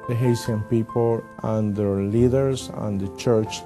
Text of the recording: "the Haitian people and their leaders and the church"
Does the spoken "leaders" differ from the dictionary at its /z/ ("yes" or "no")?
yes